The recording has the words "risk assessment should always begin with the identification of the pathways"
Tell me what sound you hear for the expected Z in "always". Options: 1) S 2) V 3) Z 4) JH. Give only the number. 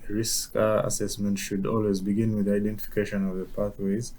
3